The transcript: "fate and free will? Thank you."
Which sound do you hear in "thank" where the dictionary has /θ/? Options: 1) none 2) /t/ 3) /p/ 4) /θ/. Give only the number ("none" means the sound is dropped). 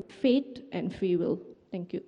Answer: 2